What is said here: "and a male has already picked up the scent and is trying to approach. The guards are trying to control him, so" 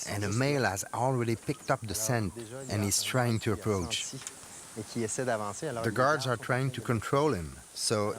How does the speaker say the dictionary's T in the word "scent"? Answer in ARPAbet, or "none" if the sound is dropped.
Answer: T